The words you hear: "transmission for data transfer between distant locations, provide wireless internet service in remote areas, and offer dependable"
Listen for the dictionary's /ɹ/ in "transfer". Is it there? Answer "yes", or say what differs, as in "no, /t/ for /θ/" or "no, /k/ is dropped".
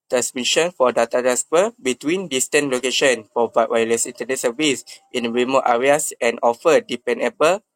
no, /ɹ/ is dropped